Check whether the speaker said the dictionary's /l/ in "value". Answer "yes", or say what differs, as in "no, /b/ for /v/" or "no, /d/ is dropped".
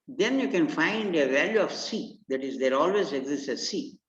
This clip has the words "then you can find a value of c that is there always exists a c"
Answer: yes